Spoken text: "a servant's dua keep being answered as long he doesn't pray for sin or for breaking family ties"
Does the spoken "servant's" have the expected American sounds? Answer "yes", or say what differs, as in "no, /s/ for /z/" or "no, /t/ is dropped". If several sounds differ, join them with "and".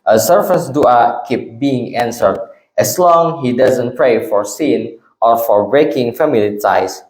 no, /f/ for /v/